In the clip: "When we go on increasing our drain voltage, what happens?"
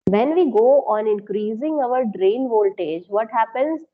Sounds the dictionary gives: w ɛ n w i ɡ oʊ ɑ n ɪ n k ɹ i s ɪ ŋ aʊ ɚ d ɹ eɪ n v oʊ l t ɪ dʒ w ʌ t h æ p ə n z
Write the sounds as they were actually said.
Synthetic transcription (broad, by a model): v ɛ n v i ɡ oʊ ɑ n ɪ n k ɹ i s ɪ ŋ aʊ ɚ d ɹ eɪ n v oʊ l t ɪ dʒ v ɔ t h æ p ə n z